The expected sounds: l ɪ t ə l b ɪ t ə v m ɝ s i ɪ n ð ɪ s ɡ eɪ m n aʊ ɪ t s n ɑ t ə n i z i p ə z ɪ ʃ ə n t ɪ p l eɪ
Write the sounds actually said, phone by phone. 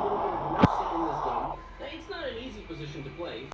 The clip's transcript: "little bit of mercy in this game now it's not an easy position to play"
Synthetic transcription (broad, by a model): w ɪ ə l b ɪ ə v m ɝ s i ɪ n ð ɪ s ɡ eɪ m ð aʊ ɪ t s n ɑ t ə n i z i p ə z ɪ ʃ ə n t ɪ p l eɪ